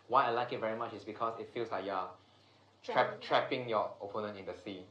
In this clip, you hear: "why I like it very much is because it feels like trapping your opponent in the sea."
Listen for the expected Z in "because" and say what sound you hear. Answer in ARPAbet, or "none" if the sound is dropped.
S